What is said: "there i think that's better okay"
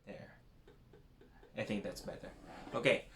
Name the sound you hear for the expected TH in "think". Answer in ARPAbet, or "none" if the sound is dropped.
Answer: TH